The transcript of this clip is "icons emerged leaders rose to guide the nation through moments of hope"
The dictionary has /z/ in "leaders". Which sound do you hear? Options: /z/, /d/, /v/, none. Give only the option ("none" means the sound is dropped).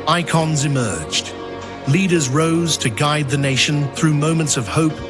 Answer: /z/